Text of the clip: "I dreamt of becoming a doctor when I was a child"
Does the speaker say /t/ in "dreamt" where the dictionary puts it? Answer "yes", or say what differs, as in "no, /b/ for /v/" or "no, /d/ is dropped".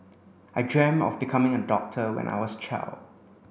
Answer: no, /t/ is dropped